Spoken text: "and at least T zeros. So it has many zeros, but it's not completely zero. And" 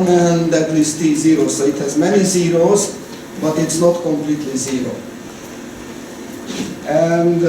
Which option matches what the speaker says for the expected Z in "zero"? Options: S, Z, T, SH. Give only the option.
Z